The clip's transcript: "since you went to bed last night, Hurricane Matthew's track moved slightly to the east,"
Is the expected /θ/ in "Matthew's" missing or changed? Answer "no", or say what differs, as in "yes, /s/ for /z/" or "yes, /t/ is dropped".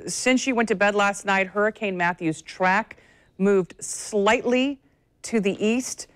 no